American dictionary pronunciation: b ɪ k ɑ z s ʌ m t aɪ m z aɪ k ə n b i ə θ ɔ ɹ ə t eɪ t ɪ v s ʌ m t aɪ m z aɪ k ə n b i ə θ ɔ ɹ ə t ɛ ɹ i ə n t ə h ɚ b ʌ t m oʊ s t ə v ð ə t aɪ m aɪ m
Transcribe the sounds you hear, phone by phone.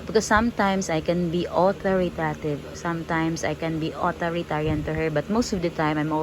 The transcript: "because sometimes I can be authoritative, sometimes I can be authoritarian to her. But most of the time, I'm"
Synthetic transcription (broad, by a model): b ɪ k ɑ s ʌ m t aɪ m s aɪ k ə n b i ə t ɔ ɹ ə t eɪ t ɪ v s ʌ m t aɪ m s aɪ k ə n b i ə t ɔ ɹ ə t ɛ ɹ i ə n t ə h ɚ b ʌ t m oʊ s t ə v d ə t aɪ m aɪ m